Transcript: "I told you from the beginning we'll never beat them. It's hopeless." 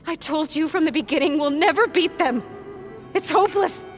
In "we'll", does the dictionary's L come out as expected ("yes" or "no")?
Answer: yes